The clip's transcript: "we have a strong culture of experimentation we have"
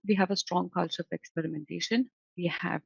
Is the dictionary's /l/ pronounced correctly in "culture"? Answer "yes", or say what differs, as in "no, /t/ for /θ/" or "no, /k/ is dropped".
yes